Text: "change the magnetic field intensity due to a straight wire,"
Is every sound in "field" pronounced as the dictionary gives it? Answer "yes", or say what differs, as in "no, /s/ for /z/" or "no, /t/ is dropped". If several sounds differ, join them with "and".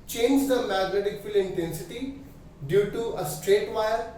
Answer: no, /d/ is dropped